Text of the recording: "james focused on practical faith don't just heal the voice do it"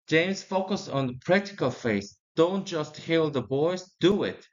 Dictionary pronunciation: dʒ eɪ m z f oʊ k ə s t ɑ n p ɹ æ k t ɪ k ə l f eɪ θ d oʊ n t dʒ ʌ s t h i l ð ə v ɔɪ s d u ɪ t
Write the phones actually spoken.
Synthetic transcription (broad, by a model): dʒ eɪ m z f oʊ k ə s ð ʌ p ɹ æ k t ɪ k ə l f eɪ s d oʊ n t dʒ ʌ s t h i l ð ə b ɔɪ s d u ɪ t